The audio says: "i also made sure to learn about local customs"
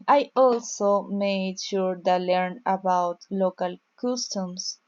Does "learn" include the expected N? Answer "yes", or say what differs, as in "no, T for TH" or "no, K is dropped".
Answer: yes